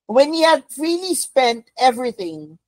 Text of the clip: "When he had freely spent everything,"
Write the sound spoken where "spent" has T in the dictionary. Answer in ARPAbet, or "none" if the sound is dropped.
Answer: T